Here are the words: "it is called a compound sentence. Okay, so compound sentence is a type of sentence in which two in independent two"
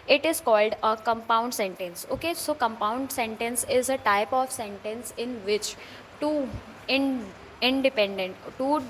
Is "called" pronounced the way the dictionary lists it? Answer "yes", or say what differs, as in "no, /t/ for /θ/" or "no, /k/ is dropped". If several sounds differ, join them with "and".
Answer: yes